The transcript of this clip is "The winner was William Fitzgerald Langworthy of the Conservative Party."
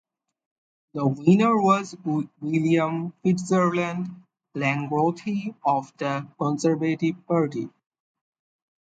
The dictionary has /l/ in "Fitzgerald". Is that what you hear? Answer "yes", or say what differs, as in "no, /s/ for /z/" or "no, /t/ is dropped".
no, /n/ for /l/